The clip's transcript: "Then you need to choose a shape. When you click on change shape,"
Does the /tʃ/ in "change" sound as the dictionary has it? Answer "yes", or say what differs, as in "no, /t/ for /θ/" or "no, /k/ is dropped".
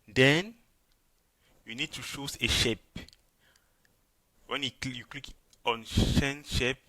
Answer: no, /ʃ/ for /tʃ/